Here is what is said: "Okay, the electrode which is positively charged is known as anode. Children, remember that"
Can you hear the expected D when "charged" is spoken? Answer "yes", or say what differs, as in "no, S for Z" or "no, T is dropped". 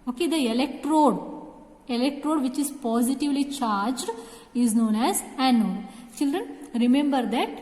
yes